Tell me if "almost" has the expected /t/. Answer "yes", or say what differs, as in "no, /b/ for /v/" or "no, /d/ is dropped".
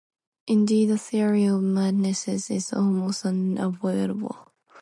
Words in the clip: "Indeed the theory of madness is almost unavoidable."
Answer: no, /t/ is dropped